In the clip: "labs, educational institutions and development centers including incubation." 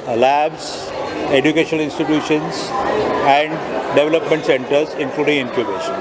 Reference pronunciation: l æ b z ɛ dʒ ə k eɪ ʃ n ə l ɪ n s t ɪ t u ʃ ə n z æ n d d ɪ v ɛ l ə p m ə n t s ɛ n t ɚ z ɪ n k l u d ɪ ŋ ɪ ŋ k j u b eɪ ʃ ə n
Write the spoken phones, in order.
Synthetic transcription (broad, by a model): l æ b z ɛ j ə k eɪ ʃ ə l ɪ n s t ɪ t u ʃ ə n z æ n d d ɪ v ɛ l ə p m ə n t s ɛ n t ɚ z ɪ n k l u d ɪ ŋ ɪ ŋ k j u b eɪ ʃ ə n